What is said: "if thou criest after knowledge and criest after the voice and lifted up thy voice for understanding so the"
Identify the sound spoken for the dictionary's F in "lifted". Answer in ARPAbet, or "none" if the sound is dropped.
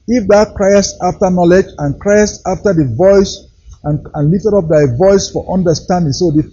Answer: none